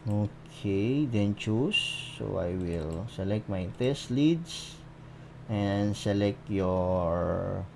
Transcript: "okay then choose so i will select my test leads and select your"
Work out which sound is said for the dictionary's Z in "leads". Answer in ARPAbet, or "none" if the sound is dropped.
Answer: S